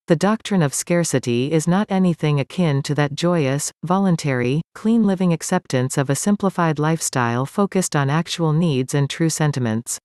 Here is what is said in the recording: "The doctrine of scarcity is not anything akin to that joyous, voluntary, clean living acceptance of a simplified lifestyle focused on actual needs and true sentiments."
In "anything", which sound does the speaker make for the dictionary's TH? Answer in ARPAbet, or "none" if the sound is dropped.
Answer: TH